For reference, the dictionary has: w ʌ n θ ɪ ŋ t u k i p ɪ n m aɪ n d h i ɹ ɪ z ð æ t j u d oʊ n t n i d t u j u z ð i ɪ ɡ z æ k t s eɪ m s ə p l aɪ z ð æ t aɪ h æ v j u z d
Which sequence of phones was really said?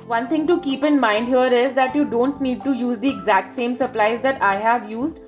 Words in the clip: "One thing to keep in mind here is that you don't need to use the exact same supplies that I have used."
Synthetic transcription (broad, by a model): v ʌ n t ɪ ŋ t u k i p ɪ n m aɪ n d h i ɹ ɪ z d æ t j u d oʊ n t n i d t u j u z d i ɪ ɡ z æ k t s eɪ m s ə p l aɪ z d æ t aɪ h æ v j u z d